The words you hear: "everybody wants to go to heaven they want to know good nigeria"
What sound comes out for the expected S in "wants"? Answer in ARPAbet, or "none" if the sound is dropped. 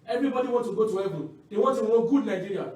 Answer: none